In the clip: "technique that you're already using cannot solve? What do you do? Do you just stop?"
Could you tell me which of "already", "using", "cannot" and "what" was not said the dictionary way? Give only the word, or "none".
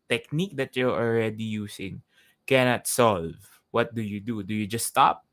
using